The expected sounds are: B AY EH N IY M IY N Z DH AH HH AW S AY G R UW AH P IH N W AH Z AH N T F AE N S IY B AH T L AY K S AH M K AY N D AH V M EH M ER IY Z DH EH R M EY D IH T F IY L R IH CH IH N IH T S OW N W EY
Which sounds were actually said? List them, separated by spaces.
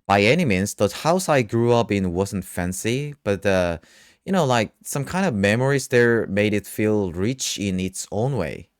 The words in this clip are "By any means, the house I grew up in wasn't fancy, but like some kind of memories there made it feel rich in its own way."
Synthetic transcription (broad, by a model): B AY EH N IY M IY N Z DH AH HH AW S AY G R UW AH P IH N W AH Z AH N T F AE N S IY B AH T L AY K S AH M K AY N D AH V M EH M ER IY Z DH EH R M EY D IH T F IY L R IH CH IH N IH T S OW N W EY